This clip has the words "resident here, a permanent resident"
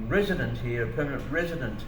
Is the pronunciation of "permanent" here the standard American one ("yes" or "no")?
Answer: yes